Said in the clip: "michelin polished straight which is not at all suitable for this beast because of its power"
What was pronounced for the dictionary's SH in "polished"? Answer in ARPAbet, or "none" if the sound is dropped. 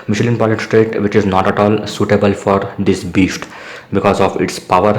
none